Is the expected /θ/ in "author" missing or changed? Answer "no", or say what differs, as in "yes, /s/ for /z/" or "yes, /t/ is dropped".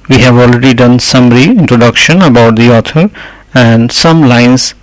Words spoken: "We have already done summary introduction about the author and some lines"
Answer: yes, /t/ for /θ/